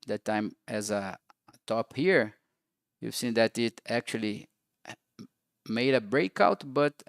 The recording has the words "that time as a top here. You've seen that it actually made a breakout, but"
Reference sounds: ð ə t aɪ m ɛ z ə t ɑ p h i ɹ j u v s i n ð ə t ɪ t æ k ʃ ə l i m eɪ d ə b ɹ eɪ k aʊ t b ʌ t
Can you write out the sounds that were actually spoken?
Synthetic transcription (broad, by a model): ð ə t aɪ m ɛ z ə t ɑ p h i ɹ j u v s i n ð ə t ɪ t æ k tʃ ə l i m eɪ d ə b ɹ eɪ k aʊ t b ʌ t